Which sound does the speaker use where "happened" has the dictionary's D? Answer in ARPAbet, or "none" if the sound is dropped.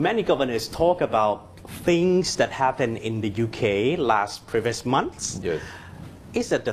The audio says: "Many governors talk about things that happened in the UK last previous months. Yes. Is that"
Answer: none